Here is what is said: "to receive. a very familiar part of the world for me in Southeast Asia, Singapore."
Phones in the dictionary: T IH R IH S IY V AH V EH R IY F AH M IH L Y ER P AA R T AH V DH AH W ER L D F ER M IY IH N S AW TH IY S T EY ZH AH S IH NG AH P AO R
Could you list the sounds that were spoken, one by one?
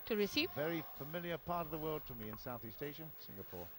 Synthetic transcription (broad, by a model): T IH R IH S IY V V EH R IY F AH M IH L Y ER P AA R T AH V DH AH W ER L D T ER M IY IH N S AW TH IY S T EY SH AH S IH NG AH P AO R